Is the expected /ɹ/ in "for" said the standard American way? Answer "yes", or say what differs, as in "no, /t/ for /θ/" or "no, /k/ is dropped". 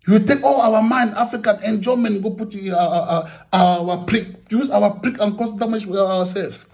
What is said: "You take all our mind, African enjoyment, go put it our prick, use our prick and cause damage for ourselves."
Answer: no, /w/ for /ɹ/